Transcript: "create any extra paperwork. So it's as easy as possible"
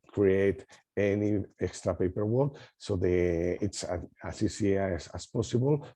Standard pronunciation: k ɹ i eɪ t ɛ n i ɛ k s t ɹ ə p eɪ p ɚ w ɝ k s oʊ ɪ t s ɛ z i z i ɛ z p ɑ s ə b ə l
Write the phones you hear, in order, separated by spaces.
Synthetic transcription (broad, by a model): k ɹ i eɪ t ɛ n i ɛ k s t ɹ ə p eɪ p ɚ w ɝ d s oʊ ɪ t s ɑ s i s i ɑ s p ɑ s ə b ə l